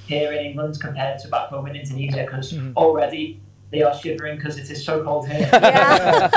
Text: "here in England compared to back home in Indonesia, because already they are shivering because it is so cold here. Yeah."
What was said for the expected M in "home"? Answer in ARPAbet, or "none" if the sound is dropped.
none